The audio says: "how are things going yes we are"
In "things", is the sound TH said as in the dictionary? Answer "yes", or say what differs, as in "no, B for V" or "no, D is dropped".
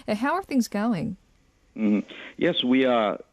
yes